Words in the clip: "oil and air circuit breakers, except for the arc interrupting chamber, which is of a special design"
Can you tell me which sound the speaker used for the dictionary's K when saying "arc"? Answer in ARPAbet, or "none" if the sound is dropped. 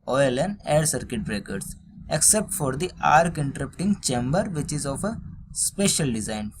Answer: K